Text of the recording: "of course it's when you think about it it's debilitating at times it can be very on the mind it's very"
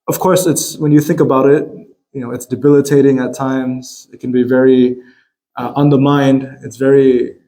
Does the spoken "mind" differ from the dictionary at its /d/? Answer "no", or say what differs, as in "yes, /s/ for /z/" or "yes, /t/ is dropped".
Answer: no